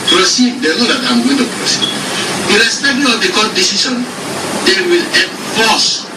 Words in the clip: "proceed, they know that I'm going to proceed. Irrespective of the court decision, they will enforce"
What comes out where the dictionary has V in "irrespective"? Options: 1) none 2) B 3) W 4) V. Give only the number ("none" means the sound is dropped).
1